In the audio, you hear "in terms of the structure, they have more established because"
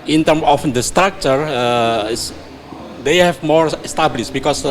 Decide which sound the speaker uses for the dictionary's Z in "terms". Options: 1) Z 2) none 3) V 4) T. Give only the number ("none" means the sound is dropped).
2